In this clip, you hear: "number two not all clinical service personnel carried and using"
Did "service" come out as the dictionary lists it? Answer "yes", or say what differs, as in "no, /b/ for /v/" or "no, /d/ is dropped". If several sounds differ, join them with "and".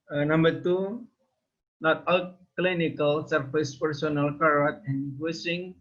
no, /f/ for /v/